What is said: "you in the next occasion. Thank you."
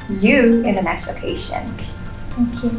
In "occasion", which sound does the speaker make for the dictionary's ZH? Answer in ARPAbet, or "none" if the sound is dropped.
SH